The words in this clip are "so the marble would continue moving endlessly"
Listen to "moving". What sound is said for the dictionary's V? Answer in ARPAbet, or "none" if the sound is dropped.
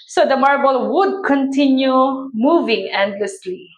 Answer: V